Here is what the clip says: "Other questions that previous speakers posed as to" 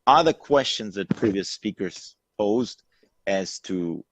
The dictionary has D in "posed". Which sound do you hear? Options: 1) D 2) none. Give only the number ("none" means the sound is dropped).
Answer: 1